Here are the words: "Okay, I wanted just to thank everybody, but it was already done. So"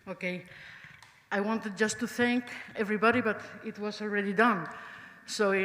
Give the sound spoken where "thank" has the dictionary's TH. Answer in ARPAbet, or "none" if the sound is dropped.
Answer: TH